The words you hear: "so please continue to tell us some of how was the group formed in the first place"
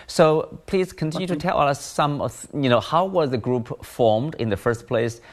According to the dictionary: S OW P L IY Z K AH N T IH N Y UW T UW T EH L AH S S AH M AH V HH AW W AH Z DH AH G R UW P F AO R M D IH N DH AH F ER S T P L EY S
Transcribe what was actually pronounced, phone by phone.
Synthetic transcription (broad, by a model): S OW P L IY Z K AH N T IH N Y UW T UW T EH L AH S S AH M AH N HH AW W AH Z DH AH G R UW P F AO R M D IH N DH AH F ER S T P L EY S